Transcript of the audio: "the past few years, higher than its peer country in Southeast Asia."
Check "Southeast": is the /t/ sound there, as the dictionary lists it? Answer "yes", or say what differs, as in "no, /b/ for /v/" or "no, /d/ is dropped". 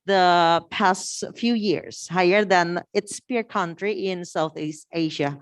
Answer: yes